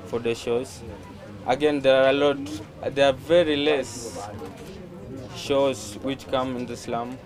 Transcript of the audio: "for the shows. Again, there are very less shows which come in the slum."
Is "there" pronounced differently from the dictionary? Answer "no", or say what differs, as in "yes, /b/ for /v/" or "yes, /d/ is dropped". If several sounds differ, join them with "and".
yes, /l/ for /ɹ/